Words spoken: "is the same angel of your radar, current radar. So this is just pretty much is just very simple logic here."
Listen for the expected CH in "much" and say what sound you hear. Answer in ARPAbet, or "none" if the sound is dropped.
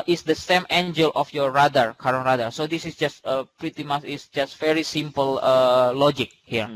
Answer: S